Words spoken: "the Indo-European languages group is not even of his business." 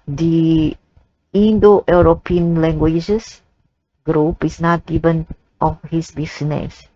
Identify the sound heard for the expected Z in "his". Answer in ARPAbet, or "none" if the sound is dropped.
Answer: S